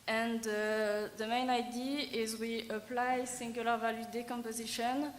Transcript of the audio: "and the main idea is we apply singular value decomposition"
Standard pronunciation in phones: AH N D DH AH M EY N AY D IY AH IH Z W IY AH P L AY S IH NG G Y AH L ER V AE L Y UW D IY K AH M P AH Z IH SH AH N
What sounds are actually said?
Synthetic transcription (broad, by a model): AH N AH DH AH M EY N AY D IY IH Z W IY AH P L AY S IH NG G Y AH L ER V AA L Y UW D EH K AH M P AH Z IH SH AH N